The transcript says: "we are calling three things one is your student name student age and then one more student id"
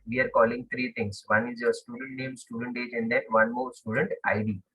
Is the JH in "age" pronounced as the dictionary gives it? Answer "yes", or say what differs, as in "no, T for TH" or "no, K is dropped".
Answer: yes